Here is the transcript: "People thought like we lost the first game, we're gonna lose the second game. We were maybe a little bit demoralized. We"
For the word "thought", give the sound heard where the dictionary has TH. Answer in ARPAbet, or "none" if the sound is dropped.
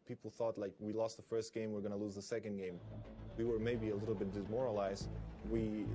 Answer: TH